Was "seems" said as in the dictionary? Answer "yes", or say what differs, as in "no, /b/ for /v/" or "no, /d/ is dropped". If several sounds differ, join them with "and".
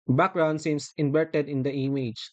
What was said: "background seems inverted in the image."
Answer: no, /s/ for /z/